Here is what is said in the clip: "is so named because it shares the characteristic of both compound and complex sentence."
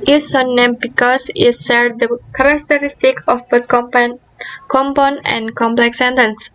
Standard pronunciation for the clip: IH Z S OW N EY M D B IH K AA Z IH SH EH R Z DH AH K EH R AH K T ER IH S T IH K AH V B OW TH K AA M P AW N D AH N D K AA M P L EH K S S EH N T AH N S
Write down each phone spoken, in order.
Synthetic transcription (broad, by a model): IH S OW N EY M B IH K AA S IH S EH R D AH K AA R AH K T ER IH S T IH K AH F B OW T K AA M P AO N AH N K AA M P L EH K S S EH N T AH N S